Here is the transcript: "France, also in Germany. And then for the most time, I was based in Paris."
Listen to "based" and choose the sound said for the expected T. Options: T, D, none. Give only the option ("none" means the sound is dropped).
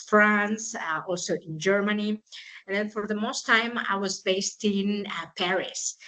T